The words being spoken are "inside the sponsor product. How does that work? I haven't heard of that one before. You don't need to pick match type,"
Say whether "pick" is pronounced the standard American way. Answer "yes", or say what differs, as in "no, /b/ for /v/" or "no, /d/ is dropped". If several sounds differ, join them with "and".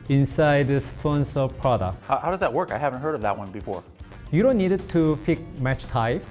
no, /f/ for /p/